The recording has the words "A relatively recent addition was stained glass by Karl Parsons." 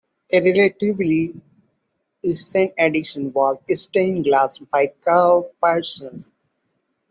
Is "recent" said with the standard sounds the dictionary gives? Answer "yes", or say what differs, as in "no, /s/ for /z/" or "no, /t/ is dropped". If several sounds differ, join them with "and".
no, /t/ is dropped